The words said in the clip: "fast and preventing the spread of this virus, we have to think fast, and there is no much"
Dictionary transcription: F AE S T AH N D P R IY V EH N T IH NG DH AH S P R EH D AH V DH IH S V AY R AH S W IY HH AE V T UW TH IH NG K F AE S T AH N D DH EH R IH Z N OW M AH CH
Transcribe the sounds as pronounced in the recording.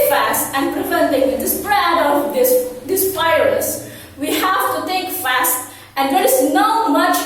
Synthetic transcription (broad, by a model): F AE S T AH N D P R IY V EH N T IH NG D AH S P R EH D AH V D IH S P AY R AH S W IY HH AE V T UW T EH K F AE S T AH N D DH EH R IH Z N OW M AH CH